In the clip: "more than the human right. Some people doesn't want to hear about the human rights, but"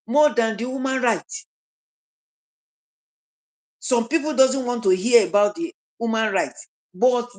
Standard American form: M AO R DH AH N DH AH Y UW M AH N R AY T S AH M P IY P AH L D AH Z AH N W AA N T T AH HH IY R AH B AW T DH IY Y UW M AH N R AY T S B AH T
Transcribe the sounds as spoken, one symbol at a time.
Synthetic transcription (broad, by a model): M AO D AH N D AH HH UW M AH N R AY T S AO M P IY P AH L D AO Z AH N W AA N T T AH HH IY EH AH B AW T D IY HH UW M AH N R AY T B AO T